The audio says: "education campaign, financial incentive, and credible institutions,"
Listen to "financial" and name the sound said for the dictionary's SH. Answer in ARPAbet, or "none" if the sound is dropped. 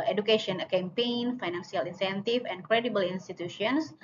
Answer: S